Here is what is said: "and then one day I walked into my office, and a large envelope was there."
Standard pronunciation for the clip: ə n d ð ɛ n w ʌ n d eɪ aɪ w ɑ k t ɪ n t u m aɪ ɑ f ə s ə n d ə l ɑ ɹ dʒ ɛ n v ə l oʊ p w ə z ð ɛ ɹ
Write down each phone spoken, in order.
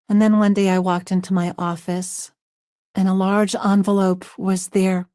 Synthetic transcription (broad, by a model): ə n ð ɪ n w ʌ n d eɪ aɪ w ɑ k t ɪ n t u m aɪ ɑ f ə s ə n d ə l ɑ ɹ dʒ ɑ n v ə l oʊ p w ə z ð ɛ ɹ